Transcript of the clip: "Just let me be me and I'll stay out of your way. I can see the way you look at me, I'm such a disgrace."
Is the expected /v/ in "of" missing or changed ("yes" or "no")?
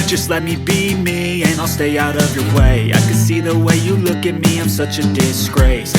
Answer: no